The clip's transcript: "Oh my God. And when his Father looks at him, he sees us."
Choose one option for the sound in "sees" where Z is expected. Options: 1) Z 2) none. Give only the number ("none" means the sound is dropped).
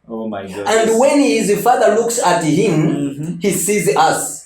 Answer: 1